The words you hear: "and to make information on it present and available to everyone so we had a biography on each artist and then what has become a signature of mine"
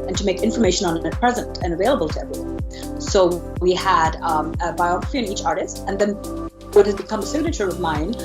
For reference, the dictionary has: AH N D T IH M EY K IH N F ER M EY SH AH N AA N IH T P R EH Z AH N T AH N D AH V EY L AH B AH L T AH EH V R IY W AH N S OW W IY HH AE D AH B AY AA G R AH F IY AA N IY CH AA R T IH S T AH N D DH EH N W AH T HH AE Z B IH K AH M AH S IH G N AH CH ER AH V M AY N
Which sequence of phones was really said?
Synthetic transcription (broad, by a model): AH N T IH M EY K IH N F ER M EY SH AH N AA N IH T P R EH Z AH N T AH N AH V EY L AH B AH L T AH EH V R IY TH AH S OW W IY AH D AH B AY AA G R AH F IY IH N IY CH AA R T IH S T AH N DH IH N W AH T HH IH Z B IH K AH M AH S IH G N AH CH ER AH V M AY N